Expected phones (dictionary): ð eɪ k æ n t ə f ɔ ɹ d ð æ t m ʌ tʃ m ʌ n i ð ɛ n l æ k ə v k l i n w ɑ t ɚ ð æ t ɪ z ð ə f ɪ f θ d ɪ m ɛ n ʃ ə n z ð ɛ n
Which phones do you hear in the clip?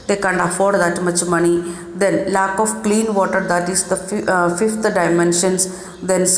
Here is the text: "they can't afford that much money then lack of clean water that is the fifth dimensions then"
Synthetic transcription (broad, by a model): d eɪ k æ n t ə f ɔ ɹ d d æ t m ʌ tʃ m ʌ n i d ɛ n l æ k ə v k l i n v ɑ t ɚ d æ t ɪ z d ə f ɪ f t d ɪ m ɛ n ʃ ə n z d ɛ n